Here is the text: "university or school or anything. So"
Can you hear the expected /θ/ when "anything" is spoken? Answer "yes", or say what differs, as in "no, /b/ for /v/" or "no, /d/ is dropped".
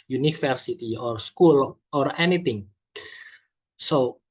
no, /t/ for /θ/